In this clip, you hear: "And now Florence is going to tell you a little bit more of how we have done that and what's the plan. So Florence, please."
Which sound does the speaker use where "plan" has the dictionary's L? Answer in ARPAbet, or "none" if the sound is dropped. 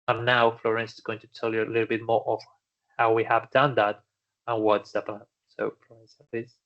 none